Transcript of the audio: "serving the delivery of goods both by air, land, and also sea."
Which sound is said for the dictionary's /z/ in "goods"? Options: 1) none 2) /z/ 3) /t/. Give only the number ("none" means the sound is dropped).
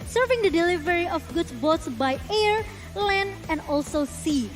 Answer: 1